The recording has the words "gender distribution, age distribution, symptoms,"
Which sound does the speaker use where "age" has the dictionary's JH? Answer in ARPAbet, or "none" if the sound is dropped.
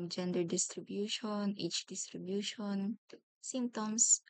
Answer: CH